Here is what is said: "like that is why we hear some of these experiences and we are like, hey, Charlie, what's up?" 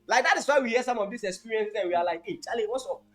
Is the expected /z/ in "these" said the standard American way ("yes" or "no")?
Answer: no